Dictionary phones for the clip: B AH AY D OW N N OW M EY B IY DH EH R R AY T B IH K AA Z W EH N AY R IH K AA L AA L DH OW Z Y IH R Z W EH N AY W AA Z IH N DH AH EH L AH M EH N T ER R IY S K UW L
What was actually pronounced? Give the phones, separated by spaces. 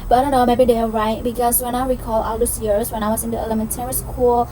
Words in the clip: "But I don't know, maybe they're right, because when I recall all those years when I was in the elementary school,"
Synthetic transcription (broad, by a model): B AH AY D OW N N OW M EY B IY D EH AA R AY T B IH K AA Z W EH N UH W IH K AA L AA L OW S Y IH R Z W EH N AY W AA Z IH N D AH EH L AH M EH N T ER R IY S K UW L